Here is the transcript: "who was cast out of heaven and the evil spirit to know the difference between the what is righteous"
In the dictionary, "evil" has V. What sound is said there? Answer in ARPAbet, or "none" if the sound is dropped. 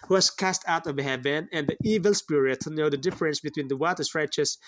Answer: V